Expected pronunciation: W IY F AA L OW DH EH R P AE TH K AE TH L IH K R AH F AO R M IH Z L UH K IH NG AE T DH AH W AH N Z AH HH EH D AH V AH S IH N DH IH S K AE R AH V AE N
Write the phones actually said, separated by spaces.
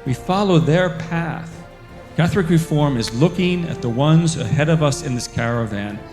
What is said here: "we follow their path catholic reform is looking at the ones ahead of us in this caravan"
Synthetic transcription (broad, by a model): W IY F AA L OW DH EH R P AE TH K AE TH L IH K R AH F AO R M IH Z L UH K IH NG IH T DH AH W AH N Z AH HH EH D AH V AH S IH N DH IH S K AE R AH V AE N